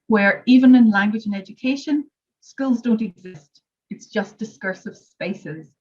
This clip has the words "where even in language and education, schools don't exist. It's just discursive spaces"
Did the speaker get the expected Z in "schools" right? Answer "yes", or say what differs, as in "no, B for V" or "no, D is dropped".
yes